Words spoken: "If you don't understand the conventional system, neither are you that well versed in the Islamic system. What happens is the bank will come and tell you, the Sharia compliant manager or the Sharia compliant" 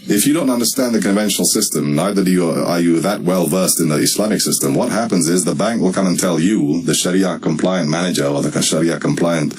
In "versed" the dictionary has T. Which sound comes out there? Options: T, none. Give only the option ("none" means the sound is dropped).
T